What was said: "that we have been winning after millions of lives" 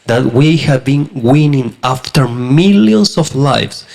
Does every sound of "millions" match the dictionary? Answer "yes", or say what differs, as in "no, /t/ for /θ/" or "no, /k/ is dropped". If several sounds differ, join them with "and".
no, /s/ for /z/